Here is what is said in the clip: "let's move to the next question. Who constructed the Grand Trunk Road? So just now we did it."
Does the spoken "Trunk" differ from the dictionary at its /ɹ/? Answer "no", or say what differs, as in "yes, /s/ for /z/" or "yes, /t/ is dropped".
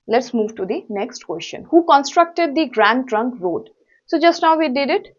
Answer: no